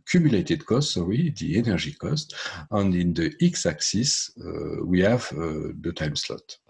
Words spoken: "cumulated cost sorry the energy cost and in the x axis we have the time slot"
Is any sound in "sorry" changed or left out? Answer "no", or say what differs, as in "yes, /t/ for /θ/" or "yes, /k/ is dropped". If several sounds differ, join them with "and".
yes, /w/ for /ɹ/